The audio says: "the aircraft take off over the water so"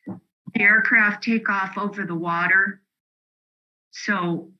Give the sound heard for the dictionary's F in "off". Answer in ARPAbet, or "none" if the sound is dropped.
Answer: F